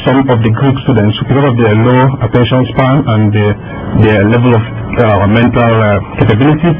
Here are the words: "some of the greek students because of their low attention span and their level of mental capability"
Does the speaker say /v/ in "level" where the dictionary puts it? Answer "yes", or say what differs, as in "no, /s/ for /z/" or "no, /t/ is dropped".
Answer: yes